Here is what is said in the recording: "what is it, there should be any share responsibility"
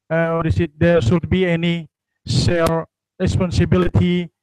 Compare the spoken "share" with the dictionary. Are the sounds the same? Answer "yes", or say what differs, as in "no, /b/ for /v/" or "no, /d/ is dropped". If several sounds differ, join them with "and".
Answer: no, /s/ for /ʃ/